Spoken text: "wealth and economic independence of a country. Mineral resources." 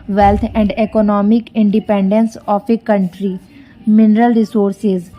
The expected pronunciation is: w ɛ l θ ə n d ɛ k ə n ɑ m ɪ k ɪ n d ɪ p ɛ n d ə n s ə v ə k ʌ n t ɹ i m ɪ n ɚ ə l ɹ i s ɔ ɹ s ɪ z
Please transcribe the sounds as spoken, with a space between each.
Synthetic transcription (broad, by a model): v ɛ l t ə n d ɛ k ə n ɑ m ɪ k ɪ n d ɪ p ɛ n d ə n s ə p ə k ʌ n t ɹ i m ɪ n ɚ ə l ɹ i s ɔ ɹ s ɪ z